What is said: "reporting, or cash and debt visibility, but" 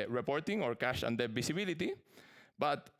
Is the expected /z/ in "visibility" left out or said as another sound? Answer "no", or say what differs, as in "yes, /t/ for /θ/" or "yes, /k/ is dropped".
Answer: yes, /s/ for /z/